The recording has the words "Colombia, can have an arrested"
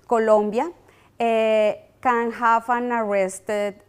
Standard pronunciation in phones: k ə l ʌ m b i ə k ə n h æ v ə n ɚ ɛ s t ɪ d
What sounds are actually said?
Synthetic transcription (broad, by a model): k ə l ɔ m b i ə k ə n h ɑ f ə n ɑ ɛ s t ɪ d